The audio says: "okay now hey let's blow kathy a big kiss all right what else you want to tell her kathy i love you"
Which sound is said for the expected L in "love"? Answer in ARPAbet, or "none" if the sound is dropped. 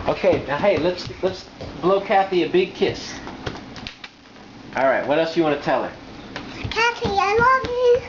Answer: N